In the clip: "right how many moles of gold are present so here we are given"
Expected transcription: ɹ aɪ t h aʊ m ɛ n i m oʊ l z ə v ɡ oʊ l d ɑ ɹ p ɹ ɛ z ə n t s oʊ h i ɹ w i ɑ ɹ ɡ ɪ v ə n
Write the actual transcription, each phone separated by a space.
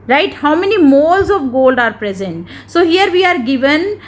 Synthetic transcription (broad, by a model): ɹ aɪ t h aʊ m ɛ n i m oʊ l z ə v ɡ oʊ l d ɑ ɹ p ɹ ɛ z ə n t s oʊ h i ɹ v i ɑ ɹ ɡ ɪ v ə n